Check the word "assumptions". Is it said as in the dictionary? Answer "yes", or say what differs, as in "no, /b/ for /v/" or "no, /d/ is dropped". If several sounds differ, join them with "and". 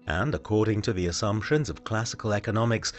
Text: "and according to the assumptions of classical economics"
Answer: yes